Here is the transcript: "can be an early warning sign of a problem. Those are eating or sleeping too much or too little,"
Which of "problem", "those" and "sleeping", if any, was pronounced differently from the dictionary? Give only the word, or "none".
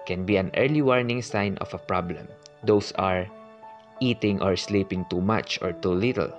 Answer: those